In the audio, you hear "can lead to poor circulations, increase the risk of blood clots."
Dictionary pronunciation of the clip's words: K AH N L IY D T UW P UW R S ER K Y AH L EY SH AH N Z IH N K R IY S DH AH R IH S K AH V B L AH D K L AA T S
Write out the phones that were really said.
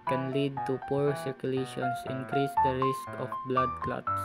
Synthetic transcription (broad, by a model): K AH N L IY D T UW P UW R S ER K Y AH L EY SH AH N S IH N K R IY S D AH R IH S K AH F B L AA D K L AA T S